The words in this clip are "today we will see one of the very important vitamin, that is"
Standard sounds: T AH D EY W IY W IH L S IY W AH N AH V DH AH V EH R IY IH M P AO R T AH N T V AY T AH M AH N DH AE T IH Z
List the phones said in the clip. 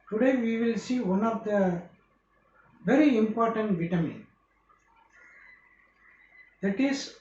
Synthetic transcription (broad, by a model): T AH D EY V IY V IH L S IY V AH N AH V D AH V EH R IY IH M P AO R T AH N T V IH T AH M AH N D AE T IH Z